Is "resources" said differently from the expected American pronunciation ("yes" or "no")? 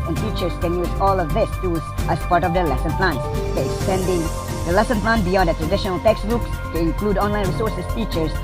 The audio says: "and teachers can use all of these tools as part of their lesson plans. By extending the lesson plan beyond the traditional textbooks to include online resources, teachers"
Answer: yes